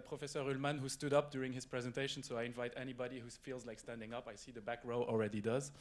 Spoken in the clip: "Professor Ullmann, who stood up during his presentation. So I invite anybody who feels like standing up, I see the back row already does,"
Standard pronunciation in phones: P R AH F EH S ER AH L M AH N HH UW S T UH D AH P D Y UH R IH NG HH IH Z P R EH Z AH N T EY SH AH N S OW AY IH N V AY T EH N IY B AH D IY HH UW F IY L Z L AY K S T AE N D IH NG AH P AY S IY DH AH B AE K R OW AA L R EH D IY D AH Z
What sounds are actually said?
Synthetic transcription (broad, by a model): P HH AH F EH S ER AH L M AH N HH UW S T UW D AH P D Y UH R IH NG HH IH Z P R EH Z AH N T EY SH AH N S OW AY IH N V AY T EH N IY B AH D IY HH UW F IY L Z L AY K S T AE N D IH NG AH P AY S IY DH AH B AE K R OW AA L R EH D IY D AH Z